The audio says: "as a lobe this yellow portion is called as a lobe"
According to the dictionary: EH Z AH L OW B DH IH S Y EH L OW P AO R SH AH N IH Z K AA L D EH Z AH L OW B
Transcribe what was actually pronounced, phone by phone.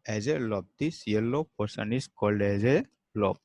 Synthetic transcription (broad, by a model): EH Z AH L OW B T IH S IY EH L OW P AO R S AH N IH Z K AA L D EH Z AH L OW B